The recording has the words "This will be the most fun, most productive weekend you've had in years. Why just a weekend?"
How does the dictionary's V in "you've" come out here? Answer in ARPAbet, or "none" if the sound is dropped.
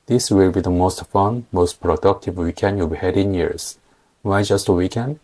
B